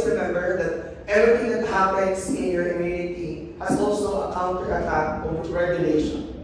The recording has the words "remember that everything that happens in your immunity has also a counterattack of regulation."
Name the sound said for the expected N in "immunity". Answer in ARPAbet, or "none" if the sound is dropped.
none